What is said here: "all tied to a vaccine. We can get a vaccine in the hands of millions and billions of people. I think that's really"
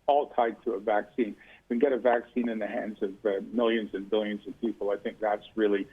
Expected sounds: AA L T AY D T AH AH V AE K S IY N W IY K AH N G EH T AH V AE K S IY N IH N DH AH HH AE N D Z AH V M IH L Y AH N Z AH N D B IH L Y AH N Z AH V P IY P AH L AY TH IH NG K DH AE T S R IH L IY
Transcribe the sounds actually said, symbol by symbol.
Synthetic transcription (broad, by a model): AA L T AY D T AH AH V AE K S IY N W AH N G EH T AH V AE K S IY N IH N DH AH HH AE N D Z AH V M IH L Y AH N Z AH N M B IH L Y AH N Z AH V P IY P L AY TH IH NG K DH AE T S R IH L IY